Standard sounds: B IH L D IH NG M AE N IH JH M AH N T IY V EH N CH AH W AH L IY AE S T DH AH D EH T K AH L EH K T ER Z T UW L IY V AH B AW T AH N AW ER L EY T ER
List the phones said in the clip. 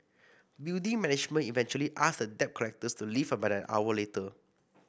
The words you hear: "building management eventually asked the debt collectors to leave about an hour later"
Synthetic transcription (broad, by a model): B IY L D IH NG M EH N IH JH M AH N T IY V EH N CH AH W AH L IY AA S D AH D EH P K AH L EH K T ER S T UW L IY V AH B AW AH N AW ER L EY T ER